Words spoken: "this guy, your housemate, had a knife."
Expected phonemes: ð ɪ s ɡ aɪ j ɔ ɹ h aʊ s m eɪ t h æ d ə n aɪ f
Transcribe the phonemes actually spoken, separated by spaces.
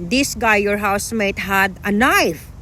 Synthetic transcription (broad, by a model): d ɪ s ɡ aɪ j ɔ ɹ h aʊ s m eɪ t h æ d ə n aɪ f